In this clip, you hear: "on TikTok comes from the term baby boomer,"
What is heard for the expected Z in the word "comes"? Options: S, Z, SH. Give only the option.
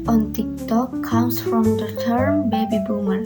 S